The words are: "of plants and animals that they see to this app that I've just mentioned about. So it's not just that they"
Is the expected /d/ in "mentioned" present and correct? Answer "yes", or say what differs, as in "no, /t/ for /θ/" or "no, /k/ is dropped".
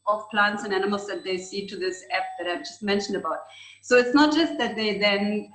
yes